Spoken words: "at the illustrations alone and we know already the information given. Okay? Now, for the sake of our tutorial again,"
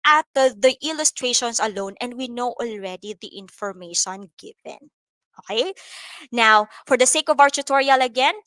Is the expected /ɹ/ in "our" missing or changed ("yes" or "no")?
yes